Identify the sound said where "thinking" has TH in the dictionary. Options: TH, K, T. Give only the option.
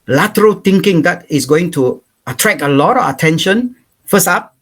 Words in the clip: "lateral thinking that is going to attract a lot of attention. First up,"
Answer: T